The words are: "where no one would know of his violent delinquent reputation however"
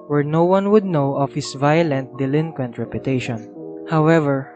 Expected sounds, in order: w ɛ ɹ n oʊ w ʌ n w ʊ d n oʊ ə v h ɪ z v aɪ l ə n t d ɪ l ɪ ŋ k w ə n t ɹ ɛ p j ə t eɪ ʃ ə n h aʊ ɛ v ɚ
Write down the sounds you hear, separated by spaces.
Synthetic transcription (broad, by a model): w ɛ ɹ n oʊ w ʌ n w ʊ d n oʊ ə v h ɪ s v aɪ l ə n t d ɪ l ɪ ŋ k w ə n t ɹ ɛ p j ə t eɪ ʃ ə n h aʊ ɛ v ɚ